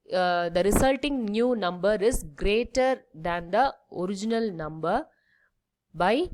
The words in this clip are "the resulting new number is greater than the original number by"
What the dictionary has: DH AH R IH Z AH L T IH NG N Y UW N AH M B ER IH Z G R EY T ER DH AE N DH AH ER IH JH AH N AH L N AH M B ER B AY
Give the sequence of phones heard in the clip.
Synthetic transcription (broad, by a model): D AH R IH S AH L T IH NG N Y UW N AH M B ER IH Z G R EY T ER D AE N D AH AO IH JH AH N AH L N AH M B ER B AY